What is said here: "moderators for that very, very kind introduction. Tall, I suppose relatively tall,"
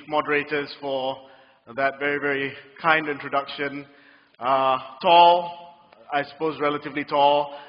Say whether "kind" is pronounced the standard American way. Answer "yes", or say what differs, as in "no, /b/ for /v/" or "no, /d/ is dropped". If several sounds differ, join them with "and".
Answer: yes